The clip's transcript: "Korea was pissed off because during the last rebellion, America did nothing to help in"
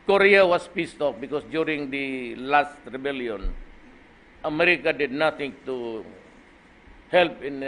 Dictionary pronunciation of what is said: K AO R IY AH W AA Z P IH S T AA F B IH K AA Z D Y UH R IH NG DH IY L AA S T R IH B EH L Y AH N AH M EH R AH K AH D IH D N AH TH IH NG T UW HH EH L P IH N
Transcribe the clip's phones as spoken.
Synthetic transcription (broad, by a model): K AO R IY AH W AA S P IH S T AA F B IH K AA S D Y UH R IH NG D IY L AA S T R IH B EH L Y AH N AH M EH R AH K AH D IH D N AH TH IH NG T UW HH EH L P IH N